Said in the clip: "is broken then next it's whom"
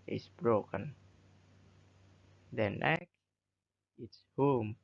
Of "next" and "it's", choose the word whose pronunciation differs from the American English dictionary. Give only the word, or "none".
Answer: next